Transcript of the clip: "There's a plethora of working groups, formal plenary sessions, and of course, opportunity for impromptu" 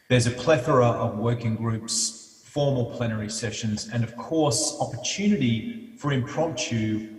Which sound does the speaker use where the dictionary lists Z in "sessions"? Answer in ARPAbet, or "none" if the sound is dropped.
Z